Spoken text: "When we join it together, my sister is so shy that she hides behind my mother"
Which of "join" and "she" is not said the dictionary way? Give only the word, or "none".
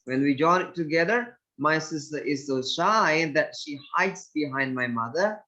none